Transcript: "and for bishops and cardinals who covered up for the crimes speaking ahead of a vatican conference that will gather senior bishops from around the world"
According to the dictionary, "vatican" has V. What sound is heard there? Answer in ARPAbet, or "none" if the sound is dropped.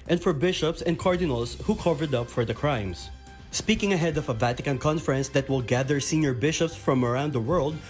V